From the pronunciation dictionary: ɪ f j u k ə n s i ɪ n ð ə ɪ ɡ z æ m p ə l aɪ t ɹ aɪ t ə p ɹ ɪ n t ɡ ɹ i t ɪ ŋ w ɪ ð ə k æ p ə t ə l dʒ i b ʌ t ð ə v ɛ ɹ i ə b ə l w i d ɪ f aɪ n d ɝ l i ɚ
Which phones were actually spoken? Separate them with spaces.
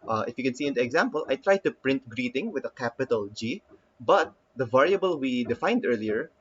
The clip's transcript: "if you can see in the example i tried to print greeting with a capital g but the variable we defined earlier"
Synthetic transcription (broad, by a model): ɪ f j u k ə n s i ɪ n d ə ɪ ɡ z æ m p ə l aɪ t ɹ aɪ t ə p ɹ ɪ n t ɡ ɹ i t ɪ ŋ w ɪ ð ə k æ p ə t ə l dʒ i b ʌ t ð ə v ɛ ɹ i ə b ə l w i d ɪ f aɪ n d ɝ l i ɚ